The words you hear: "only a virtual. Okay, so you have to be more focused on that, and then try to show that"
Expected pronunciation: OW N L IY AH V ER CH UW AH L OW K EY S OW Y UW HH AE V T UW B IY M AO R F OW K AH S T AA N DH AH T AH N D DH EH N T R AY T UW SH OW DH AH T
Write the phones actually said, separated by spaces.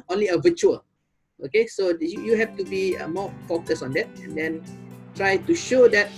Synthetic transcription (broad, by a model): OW N L IY AH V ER CH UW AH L OW K EY S OW Y UW HH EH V T UW B IY M AO F OW K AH S AA N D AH T AH N D EH N T R AY T UW SH OW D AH T